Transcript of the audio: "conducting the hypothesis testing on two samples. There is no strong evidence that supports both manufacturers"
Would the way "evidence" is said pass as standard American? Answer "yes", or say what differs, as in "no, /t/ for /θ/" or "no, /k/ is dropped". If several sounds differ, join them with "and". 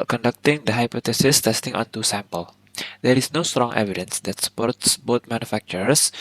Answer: yes